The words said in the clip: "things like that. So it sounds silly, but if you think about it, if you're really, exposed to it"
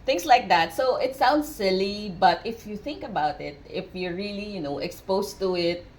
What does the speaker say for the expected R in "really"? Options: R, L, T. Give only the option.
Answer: L